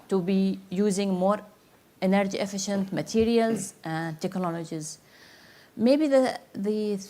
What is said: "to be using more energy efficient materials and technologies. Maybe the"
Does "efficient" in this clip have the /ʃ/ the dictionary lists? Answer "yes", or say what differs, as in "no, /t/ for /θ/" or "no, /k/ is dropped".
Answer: yes